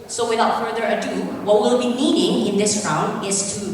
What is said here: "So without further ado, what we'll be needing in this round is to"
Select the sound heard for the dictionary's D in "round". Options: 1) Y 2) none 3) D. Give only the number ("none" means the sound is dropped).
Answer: 3